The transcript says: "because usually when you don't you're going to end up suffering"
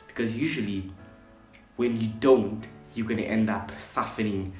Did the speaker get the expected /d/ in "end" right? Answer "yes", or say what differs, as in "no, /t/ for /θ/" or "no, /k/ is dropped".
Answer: yes